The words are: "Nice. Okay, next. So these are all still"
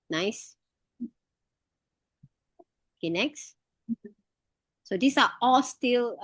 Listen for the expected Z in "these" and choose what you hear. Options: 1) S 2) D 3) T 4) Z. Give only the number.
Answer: 1